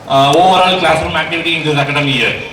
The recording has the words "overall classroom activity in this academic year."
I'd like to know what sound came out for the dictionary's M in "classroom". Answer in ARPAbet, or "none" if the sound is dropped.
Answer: M